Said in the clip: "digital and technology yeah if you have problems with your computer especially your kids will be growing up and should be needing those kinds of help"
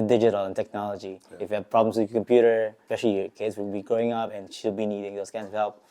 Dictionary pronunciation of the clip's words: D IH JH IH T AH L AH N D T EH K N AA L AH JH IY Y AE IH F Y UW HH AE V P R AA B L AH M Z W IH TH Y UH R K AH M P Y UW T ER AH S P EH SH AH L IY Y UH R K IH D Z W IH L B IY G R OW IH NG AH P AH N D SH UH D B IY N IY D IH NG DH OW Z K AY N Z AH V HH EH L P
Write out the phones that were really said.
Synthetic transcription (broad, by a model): D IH JH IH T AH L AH N T EH K N AA L AH JH IY IH F Y UW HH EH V P R AA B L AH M S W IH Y K AH M P Y UW T ER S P EH SH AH L IY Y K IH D S W IH L B IY G R OW IH NG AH P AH N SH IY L B IY N IY D IH NG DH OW S K AY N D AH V HH EH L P